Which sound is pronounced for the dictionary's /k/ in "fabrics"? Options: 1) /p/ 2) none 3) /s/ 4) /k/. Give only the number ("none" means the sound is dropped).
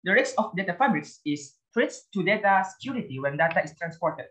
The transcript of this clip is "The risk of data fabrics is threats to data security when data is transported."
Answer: 2